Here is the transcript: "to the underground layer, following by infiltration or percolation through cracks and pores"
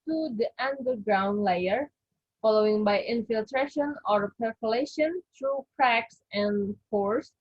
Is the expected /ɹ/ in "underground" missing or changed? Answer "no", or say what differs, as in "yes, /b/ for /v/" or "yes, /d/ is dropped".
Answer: no